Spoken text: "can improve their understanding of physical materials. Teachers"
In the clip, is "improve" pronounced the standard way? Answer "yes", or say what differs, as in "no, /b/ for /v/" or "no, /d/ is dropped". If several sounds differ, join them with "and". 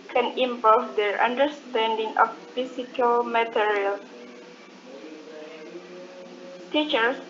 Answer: no, /ɹ/ is dropped